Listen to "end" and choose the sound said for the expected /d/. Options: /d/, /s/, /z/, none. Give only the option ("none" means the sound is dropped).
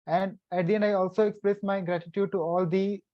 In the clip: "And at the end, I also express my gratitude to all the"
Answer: none